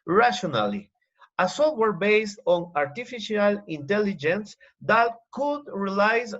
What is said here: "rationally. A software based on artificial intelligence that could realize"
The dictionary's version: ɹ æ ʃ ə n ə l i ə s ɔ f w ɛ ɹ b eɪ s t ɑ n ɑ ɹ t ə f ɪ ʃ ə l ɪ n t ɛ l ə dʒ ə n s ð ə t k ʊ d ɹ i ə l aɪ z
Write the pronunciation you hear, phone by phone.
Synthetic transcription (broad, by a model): ɹ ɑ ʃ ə n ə l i ə s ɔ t w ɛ ɹ b eɪ s t ɑ n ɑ ɹ t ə f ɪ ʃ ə l ɪ n t ɛ l ə dʒ ə n s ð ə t k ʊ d ɹ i l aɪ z